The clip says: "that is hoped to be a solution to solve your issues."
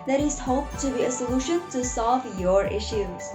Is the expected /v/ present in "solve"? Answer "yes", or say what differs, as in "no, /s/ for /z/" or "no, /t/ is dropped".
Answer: yes